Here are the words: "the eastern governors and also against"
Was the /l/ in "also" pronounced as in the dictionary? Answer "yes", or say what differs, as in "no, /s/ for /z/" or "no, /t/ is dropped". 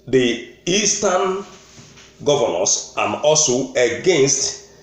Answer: yes